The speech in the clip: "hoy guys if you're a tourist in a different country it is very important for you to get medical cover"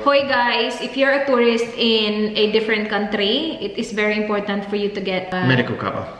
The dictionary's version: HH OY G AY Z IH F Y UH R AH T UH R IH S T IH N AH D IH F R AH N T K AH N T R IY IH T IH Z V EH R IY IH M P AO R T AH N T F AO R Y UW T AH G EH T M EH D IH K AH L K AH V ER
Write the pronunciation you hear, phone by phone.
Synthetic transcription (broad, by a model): HH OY G AY S IH F Y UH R AH T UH R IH S T IH N AH D IH F R AH N T K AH N T R IY IH T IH S V EH R IY IH M P AO R T AH N T F AO R Y UW T AH G EH T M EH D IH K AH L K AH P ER